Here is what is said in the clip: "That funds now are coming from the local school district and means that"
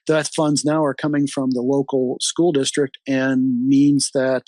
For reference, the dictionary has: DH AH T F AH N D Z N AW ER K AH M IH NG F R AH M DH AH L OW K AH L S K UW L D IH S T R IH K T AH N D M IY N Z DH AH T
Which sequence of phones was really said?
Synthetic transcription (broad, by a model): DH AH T F AH N D Z N AW ER K AH M IH NG F R AH M DH AH L OW K L S K UW L D IH S T R IH K T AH N M IY N Z DH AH T